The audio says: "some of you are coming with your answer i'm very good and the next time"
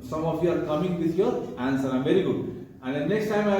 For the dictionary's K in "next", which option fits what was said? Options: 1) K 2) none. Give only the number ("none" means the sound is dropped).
1